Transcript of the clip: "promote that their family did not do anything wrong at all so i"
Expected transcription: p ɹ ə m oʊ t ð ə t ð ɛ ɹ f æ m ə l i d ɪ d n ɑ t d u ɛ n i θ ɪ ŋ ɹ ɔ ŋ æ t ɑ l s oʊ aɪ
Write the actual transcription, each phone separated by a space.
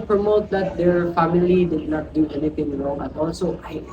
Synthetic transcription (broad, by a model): p ɹ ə m oʊ t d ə t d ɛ ɹ f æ m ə l i d ɪ d n ɑ t d u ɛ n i f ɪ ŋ ɹ ɔ ŋ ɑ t ɑ l s oʊ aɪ